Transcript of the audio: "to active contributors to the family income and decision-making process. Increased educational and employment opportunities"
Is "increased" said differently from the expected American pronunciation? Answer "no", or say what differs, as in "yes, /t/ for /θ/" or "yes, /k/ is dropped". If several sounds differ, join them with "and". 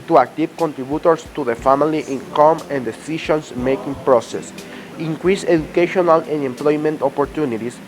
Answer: yes, /t/ is dropped